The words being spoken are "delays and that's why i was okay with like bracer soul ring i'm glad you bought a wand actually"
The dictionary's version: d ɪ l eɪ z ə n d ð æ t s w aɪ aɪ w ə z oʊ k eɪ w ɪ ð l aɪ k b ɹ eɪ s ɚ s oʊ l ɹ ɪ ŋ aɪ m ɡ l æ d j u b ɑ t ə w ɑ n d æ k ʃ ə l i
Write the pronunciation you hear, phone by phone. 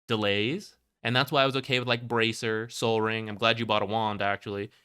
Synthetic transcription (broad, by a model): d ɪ l eɪ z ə n ð æ t s w aɪ aɪ w ə z oʊ k eɪ w ɪ ð l aɪ k b ɹ eɪ s ɚ s oʊ l ɹ ɪ ŋ aɪ m ɡ l æ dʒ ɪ b ɑ t ə w ɑ n d æ k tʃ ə l i